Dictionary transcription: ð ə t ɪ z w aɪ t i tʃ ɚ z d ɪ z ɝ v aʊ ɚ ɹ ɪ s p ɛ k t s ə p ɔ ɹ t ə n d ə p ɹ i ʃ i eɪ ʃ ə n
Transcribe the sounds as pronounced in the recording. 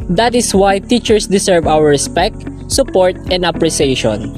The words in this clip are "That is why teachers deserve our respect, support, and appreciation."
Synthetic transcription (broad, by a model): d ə t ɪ s w aɪ t i tʃ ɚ s d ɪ s ɝ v aʊ ɚ ɹ ɪ s p ɛ k t s ə p ɔ ɹ t ə n d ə p ɹ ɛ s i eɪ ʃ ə n